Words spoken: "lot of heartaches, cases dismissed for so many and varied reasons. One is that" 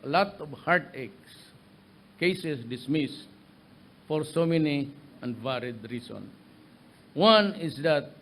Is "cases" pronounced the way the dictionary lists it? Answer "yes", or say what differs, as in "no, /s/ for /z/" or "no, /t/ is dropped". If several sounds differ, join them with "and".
no, /s/ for /z/